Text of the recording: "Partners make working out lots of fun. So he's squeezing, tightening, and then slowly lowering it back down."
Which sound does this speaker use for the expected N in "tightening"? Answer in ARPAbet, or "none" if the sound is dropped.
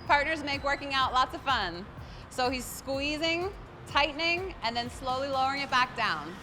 N